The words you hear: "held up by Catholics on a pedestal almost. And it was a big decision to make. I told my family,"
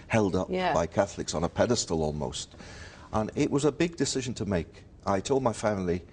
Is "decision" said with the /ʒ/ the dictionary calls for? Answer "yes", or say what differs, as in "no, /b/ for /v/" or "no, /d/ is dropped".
yes